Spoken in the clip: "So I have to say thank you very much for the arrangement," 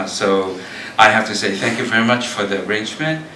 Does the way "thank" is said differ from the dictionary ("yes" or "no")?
no